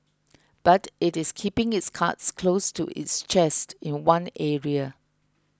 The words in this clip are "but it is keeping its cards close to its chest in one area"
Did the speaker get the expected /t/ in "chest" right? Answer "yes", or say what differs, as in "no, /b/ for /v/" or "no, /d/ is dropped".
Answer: yes